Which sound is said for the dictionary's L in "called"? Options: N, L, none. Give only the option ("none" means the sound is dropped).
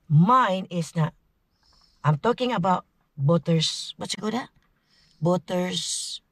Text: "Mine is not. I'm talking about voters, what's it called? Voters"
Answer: none